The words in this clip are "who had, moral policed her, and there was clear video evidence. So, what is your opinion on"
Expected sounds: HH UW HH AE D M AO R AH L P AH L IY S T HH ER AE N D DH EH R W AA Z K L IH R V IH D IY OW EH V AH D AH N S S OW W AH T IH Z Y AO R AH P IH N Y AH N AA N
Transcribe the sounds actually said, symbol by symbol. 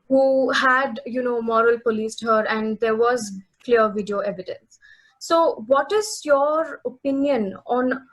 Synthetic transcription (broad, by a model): HH UW HH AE D M AO R AH L P AH L IY S T HH ER AE N D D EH R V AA Z K L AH R V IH D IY OW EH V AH D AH N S S OW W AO T IH Z Y AO R AH P IH N Y AH N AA N